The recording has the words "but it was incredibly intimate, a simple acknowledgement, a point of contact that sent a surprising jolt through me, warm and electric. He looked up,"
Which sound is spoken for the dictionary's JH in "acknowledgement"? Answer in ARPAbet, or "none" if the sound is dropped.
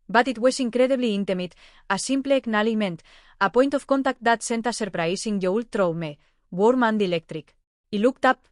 none